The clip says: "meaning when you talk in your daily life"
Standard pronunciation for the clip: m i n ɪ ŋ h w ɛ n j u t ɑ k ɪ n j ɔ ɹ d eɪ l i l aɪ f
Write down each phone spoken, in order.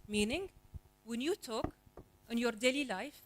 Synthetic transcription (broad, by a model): m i n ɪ ŋ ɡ w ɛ n j u t ɑ k ɪ n j ɔ ɹ d eɪ l i l aɪ f